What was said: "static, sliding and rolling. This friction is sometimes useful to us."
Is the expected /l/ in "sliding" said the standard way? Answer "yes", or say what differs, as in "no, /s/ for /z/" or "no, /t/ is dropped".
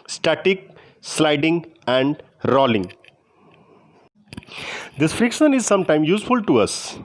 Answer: yes